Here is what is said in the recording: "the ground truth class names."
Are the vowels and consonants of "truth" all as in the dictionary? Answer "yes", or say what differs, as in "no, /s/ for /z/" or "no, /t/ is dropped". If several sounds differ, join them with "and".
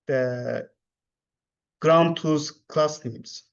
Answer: no, /ɹ/ is dropped